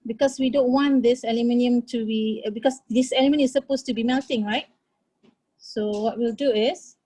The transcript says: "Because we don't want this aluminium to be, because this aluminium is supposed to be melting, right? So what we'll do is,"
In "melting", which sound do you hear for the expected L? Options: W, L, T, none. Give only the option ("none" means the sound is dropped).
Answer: L